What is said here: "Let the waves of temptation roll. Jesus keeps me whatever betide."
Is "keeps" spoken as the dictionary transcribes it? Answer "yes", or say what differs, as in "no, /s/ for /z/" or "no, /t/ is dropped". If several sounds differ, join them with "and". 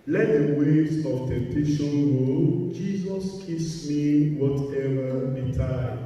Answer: no, /p/ is dropped